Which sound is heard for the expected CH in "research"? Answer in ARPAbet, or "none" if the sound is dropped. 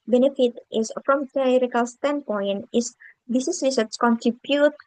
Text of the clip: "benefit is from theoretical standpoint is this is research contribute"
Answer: S